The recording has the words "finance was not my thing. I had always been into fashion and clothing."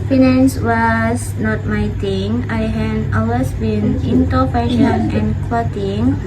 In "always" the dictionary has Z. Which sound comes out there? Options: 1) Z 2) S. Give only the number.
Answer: 2